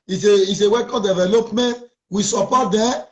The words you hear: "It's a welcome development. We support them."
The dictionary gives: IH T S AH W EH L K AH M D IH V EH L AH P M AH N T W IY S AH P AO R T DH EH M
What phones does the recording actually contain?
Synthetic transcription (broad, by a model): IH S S AH W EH K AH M D IH V EH L AH P M AH N T W IY S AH P AO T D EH